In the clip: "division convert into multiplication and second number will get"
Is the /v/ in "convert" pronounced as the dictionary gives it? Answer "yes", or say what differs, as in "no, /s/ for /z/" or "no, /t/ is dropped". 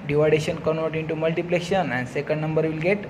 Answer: no, /v/ is dropped